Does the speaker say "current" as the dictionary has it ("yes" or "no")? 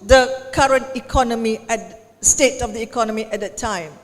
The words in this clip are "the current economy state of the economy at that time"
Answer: yes